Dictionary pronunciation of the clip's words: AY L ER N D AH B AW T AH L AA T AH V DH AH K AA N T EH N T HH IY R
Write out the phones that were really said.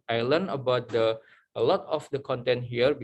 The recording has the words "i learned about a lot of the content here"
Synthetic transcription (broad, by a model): AY L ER N AH B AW T AH L AA T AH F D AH K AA N T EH N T HH IY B